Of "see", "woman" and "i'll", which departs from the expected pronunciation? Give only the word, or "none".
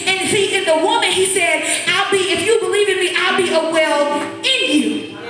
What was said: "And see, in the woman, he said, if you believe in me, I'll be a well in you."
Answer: none